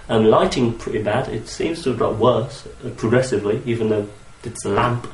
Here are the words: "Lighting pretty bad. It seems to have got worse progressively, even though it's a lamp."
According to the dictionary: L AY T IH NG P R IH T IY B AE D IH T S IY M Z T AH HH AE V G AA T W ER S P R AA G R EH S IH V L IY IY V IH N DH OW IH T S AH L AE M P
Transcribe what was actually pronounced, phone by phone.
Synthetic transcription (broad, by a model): L AY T IH NG P R IH T IY B AE D IH T S IY M Z T AH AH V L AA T W ER S P R AA G R EH S IH V L IY IY V IH N DH OW IH T S AH L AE M P